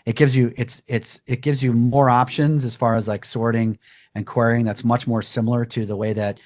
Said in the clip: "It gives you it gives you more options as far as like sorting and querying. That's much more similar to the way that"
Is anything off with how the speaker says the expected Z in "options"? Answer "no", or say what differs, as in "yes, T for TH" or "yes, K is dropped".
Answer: no